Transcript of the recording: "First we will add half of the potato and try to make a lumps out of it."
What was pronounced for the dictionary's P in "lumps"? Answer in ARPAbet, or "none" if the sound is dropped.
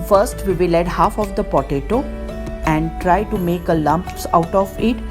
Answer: P